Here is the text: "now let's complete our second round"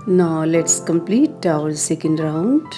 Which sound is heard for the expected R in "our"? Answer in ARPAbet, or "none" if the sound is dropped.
L